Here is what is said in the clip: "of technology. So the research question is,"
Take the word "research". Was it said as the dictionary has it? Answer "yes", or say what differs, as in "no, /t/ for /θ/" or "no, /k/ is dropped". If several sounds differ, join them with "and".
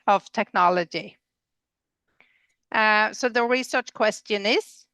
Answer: yes